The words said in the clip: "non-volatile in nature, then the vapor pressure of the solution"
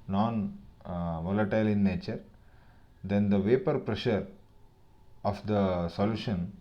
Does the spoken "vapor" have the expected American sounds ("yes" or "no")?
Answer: yes